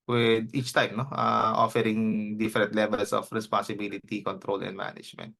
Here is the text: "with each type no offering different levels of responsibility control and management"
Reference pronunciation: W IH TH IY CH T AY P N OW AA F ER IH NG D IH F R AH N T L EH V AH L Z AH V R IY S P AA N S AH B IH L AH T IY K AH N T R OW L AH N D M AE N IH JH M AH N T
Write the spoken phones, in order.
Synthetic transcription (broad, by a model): W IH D IY CH T AY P N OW AA F ER IH NG D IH F R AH N T L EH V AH L S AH F R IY S P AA N S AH B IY L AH T IY K AH N T R OW L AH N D M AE N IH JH M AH N T